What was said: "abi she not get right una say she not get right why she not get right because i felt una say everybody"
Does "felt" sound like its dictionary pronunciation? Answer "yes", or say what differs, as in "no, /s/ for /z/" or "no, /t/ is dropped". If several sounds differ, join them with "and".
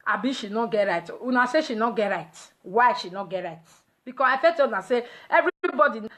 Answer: no, /l/ is dropped